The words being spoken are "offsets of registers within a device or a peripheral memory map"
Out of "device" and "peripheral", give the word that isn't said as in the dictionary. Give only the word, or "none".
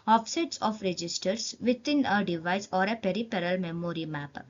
peripheral